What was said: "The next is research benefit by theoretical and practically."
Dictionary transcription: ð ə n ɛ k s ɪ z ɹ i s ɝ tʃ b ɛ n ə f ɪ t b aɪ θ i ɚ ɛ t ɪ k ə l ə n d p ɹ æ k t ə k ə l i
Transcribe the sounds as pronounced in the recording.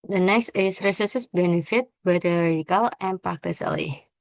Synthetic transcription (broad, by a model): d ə n ɛ k s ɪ s ɹ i s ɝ s b ɛ n ə f ɪ t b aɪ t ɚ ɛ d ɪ k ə l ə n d p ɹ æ k t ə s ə l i